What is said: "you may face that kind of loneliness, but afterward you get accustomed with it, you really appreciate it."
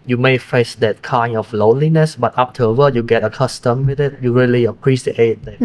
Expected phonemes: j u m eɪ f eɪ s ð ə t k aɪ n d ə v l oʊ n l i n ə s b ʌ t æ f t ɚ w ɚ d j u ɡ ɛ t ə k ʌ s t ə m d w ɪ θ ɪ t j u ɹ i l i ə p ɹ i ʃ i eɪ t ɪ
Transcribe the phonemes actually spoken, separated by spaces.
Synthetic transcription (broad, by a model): j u m eɪ f eɪ s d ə t k aɪ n ə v l oʊ n l i n ə s b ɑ t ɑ p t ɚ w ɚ j u ɡ ɛ t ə k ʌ s t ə m w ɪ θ ɪ t j u ɹ i l i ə p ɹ i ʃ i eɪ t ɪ